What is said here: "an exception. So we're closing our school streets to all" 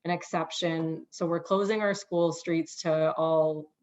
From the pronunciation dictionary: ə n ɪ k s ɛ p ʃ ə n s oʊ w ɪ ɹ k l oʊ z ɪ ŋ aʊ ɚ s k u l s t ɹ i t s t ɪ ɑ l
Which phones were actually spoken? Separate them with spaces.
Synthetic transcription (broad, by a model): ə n ɪ k s ɛ p ʃ ə n s oʊ w ɪ ɹ k l oʊ z ɪ ŋ aʊ ɚ s k u l s t ɹ i t s t ɪ ɑ l